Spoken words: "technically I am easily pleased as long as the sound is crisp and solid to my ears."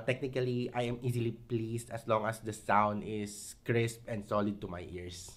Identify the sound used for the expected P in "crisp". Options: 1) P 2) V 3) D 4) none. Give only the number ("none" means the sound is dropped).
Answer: 1